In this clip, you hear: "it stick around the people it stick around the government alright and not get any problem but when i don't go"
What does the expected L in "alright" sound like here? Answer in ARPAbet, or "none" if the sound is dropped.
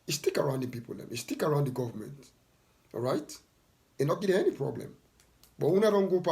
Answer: none